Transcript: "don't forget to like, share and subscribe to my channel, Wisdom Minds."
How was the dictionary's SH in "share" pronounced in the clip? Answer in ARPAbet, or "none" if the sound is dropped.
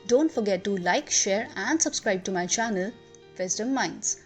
SH